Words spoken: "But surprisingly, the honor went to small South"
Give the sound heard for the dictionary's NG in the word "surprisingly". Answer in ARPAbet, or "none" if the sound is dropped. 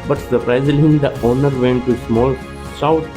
none